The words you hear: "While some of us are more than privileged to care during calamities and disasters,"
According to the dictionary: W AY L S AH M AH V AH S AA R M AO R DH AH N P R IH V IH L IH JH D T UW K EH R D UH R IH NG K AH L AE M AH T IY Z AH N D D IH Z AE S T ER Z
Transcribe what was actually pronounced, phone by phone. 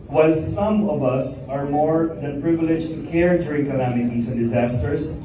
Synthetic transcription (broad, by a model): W AY L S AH M AH V AH S AA R M AO R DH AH N P R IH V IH L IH JH T UW K EH R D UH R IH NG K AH N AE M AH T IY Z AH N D D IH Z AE S T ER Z